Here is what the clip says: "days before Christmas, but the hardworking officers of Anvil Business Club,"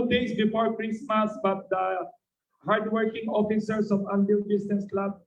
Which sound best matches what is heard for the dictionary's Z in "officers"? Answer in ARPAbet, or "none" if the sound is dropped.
S